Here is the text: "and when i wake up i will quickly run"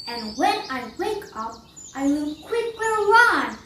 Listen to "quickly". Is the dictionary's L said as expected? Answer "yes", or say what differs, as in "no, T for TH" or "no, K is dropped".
no, W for L